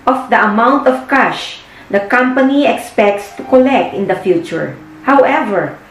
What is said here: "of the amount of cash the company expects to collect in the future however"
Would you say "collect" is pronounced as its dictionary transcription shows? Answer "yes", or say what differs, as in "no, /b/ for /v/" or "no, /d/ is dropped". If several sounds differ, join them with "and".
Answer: yes